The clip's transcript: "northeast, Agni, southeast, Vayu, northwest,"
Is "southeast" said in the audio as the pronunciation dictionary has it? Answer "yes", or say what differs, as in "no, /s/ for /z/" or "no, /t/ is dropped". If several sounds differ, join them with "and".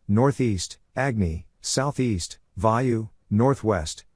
yes